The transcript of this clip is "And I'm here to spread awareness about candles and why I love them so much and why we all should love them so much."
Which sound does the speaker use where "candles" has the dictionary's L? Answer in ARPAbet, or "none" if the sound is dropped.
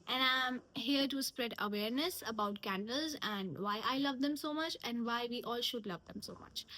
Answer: L